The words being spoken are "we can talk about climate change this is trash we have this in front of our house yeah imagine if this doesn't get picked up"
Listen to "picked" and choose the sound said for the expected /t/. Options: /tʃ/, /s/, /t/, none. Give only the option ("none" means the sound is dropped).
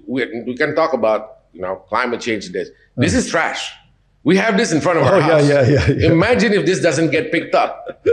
/t/